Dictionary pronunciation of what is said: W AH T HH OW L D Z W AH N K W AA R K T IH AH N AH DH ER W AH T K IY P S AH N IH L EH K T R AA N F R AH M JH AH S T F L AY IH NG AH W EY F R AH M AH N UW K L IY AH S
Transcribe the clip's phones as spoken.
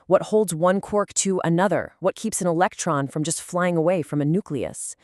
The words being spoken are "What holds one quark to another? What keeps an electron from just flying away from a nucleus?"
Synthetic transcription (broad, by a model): W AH T HH OW L D Z W AH N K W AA R K T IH AH N AH DH ER W AH T K IY P S AH N IH L EH K T R AA N F R AH M JH AH S T F L AY IH NG AH W EY F R AH M AH N UW K L IY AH S